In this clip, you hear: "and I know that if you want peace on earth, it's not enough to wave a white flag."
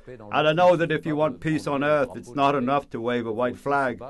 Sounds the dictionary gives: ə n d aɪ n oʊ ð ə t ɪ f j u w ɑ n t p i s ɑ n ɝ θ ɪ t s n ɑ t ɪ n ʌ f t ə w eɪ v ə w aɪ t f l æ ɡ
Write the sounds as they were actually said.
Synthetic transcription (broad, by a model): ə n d aɪ n oʊ ð ə t ɪ f j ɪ w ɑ n p i s n ɝ θ ɪ t s n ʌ t ɪ n ʌ f t ə w eɪ v ə w aɪ t f l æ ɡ